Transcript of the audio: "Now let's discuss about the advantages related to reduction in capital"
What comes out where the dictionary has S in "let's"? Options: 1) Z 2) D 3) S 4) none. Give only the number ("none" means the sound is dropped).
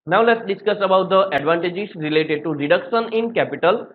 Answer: 3